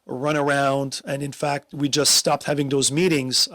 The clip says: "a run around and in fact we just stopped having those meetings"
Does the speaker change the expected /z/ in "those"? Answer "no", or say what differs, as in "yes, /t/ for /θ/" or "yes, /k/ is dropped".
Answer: no